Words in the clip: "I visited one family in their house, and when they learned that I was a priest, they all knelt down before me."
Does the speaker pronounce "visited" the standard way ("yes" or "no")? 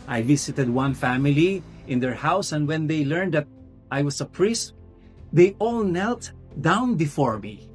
no